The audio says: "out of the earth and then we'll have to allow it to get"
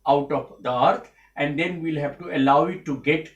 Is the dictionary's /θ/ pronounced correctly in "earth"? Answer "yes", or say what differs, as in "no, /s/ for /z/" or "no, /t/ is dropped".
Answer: no, /t/ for /θ/